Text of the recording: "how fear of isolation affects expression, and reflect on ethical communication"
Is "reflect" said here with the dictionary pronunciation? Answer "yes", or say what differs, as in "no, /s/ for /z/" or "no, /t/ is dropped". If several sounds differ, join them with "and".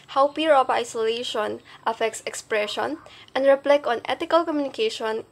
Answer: no, /t/ is dropped